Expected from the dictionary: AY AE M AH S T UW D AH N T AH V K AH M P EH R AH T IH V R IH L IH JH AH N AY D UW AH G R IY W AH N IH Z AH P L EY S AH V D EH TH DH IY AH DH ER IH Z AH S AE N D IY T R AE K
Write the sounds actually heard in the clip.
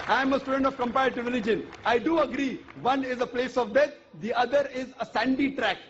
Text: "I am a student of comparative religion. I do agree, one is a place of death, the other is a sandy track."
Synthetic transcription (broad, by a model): AY M AH S T UW D AH N T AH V K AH M P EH AH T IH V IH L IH JH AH N AY D UW AH G R IY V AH N IH Z AH P L EY S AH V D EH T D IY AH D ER IH Z AH S AE N D IY T R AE K